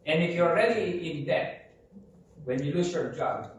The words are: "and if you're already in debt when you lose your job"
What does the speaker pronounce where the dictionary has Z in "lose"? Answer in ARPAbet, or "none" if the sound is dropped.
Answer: S